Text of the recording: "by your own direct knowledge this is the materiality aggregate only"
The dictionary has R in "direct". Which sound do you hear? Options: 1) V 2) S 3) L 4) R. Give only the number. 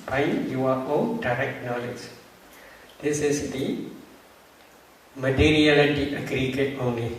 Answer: 4